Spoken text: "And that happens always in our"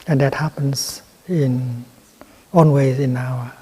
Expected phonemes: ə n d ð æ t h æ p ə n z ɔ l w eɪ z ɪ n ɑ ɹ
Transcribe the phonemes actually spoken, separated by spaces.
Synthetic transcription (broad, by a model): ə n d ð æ t h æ p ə n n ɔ n w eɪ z ɪ n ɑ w